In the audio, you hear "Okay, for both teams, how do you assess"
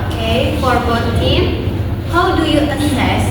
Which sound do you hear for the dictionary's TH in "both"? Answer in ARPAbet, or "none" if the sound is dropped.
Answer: T